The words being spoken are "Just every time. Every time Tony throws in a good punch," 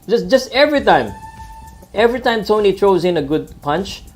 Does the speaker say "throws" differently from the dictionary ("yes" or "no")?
yes